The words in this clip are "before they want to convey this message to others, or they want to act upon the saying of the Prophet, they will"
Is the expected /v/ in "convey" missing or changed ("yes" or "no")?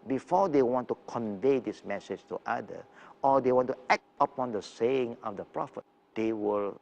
no